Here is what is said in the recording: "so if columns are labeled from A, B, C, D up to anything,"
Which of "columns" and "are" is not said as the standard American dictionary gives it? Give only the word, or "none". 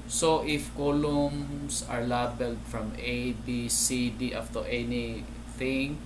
columns